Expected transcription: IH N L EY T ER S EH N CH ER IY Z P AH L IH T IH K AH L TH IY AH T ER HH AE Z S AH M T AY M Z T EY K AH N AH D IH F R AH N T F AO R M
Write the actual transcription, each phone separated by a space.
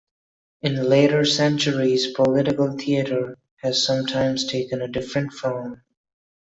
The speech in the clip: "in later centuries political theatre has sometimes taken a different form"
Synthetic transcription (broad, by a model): IH N L EY T ER S EH N CH ER IY Z P AH L IH T IH K AH L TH IY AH T ER HH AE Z S AH M T AY M Z T EY K AH N AH D IH F R AH N T F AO L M